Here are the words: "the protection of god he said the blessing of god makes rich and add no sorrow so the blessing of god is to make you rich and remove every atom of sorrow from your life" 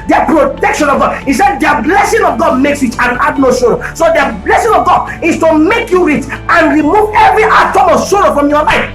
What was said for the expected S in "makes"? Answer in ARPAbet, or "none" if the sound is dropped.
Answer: S